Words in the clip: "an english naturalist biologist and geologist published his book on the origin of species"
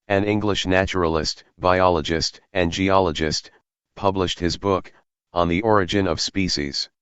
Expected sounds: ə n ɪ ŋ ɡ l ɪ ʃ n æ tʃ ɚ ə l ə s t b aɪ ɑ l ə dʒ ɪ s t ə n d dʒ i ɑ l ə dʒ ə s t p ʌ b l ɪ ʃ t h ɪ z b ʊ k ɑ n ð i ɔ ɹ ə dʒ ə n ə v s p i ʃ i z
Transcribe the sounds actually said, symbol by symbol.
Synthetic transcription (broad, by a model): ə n ɪ ŋ ɡ l ɪ ʃ n æ tʃ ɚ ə l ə s t b aɪ ɑ l ə dʒ ɪ s t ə n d dʒ i ɑ l ə dʒ ə s t p ʌ b l ɪ ʃ t h ɪ z b ʊ k n ð i ɔ ɹ ə dʒ ə n ə v s p i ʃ i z